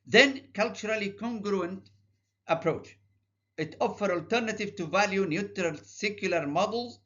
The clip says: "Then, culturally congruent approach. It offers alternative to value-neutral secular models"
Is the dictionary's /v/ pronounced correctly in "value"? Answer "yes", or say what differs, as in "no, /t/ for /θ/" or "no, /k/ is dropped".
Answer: yes